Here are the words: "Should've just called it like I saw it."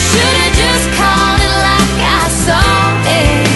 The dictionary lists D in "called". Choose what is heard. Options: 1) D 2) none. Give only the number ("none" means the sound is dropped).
2